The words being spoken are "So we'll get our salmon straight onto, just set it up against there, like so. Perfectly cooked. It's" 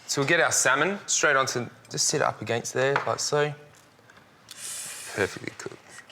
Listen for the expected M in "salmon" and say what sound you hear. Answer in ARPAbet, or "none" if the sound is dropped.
M